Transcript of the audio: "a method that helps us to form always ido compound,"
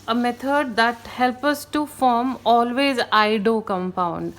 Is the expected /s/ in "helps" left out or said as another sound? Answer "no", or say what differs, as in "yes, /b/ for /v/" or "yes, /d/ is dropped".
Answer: yes, /s/ is dropped